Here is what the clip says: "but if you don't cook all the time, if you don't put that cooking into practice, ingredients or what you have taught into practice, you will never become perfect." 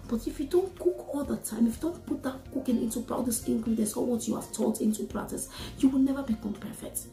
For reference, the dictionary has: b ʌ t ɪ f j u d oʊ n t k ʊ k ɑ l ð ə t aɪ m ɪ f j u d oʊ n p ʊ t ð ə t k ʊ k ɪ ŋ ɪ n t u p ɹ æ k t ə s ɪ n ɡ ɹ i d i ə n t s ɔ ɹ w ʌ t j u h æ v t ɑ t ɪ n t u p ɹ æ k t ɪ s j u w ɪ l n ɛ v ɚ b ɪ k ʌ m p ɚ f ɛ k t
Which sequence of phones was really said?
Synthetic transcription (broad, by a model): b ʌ t ɪ f j u d oʊ n t k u k ɑ l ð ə t aɪ m ɪ f j u d oʊ n p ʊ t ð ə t k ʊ k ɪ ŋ ɪ n t u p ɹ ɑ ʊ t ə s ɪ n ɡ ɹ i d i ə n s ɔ l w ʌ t j u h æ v t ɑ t ɪ n t u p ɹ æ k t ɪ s j u w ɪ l n ɛ v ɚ b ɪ k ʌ m p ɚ f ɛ k t